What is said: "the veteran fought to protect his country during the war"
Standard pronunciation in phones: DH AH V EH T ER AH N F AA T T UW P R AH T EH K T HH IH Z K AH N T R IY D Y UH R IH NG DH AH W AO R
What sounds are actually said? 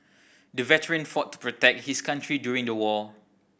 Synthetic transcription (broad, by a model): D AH V EH T ER AH N F AA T T UW P R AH T EH K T HH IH S K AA N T R IY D Y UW R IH NG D AH W AO